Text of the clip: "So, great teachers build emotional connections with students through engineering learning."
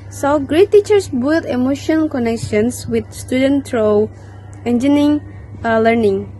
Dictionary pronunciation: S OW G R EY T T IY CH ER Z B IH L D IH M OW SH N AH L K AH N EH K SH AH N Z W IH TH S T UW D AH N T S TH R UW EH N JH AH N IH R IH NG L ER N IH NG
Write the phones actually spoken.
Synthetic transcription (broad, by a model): S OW G R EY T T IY CH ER S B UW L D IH M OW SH AH N K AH N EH K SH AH N S W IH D S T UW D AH N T R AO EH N JH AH N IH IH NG L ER N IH NG